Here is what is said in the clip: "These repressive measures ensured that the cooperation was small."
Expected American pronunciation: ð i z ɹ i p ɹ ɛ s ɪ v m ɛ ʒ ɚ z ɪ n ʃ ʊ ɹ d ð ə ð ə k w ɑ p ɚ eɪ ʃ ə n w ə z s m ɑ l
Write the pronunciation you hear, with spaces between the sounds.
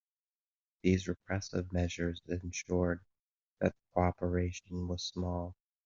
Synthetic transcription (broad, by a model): ð i z ɹ i p ɹ ɛ s ɪ v m ɛ ʒ ɚ z ɪ n ʃ ʊ ɹ d ð ə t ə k ɑ p ɚ eɪ ʃ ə n w ə z s m ɑ l